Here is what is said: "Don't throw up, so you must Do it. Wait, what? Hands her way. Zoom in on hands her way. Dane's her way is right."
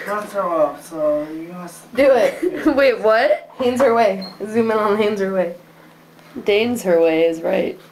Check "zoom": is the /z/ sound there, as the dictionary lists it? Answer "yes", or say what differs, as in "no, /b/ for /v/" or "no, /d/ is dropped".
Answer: yes